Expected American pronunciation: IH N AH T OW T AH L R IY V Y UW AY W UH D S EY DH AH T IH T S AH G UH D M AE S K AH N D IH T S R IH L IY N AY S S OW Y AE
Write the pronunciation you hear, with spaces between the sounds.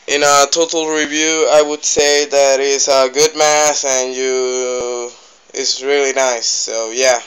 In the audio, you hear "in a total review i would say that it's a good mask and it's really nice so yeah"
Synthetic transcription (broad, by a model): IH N AH T OW T L R IY V Y UW AY W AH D S EY DH AH T IH T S AH G UH D M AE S AH N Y IH T S R IH L IY N AY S S OW Y AE